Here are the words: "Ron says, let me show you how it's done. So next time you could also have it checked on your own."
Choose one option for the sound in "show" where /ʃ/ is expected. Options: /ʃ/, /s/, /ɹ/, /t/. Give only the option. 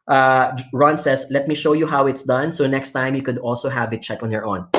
/ʃ/